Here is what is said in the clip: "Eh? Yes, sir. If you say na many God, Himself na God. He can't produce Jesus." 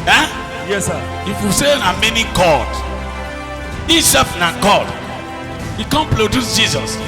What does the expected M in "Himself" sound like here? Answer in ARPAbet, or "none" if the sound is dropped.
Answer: none